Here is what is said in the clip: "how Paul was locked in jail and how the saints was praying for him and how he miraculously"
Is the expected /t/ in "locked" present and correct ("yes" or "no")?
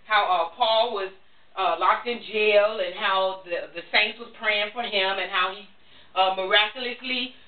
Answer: yes